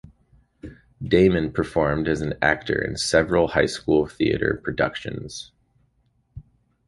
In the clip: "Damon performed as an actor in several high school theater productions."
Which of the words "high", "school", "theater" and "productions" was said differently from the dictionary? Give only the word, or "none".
none